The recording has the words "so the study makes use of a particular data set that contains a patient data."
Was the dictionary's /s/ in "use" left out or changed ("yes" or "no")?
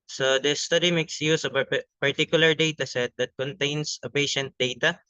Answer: no